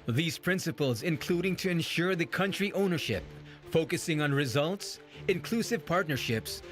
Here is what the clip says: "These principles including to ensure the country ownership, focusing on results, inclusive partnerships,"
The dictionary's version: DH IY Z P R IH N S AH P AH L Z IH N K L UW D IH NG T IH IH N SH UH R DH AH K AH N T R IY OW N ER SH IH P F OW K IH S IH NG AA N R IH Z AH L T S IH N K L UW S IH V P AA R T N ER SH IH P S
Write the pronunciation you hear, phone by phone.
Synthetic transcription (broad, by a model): DH IY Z P R IH N S AH P AH L Z IH N K L UW D IH NG T IH IH N SH UH R DH AH K AH N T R IY OW N ER SH IH P F OW K IH S IH NG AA N R IH Z AH L T S IH N K L UW S IH V P AA R T N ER SH IH P S